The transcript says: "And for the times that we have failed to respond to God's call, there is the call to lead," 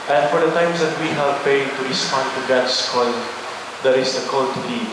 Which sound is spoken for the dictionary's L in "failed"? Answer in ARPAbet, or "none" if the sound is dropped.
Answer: none